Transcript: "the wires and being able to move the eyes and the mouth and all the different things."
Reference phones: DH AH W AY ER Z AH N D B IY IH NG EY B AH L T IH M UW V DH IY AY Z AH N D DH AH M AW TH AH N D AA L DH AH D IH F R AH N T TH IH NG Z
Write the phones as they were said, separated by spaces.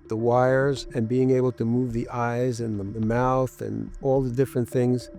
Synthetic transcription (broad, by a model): DH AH W AY ER Z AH N B IY IH NG EY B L T IH M UW V DH IY AY Z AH N DH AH M AW TH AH N AA L DH AH D IH F R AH N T TH IH NG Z